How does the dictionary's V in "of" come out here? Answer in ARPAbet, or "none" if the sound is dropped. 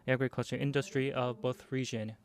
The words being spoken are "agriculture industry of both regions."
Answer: V